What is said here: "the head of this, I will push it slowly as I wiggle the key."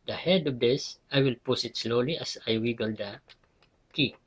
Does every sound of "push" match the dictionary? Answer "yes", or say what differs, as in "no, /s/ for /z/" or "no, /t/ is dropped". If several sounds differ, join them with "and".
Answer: no, /s/ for /ʃ/